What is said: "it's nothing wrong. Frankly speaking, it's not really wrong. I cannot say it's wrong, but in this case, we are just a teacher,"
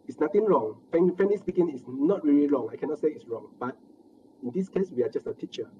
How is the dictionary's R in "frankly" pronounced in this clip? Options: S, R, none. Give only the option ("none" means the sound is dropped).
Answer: none